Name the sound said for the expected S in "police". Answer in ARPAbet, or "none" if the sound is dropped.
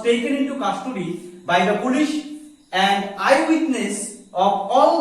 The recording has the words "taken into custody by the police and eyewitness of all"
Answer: SH